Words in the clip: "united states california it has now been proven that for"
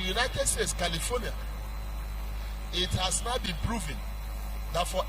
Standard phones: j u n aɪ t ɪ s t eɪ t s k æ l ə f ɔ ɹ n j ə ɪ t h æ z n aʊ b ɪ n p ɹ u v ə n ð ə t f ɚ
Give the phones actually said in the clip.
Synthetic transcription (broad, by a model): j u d aɪ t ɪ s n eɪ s k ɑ l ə f ɔ n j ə ɪ t h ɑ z n aʊ b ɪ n p ɹ u v ə n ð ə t f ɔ